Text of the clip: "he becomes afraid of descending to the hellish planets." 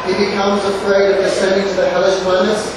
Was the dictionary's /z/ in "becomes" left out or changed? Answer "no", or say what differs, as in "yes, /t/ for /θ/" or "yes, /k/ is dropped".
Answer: no